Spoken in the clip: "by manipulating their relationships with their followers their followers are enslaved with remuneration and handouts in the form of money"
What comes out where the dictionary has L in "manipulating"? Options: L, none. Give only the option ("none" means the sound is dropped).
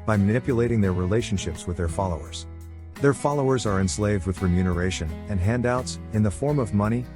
L